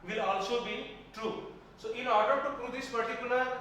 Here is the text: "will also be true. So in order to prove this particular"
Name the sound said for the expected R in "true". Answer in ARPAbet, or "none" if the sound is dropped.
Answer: R